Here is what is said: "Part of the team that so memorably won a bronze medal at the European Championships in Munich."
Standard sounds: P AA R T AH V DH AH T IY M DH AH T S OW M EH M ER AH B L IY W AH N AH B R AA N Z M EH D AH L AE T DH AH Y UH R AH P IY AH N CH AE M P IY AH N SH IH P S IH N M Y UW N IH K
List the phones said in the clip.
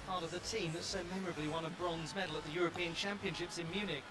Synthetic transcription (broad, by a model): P AA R T AH V DH AH T IY M DH AH T S OW M EH M ER AH B L IY W AH N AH B R AA N Z M EH D L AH T DH AH Y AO R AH P IY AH N CH AE M P IY AH N SH IH P S IH N M Y UW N IH K